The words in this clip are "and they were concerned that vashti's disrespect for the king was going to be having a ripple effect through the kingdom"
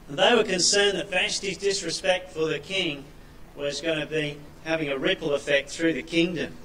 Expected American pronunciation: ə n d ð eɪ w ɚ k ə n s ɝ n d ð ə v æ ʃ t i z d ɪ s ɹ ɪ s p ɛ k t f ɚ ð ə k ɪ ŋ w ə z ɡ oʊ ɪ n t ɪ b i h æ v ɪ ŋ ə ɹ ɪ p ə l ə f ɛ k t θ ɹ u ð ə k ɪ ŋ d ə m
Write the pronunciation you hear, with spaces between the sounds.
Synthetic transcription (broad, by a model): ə n ð eɪ w ɚ k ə n s ɝ n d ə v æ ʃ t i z d ɪ s ɹ ɪ s p ɛ k t f ɚ ð ə k ɪ ŋ w ə z ɡ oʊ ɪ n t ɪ b i h æ v ɪ ŋ ə ɹ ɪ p l ə f ɛ k t θ ɹ u ð ə k ɪ ŋ d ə m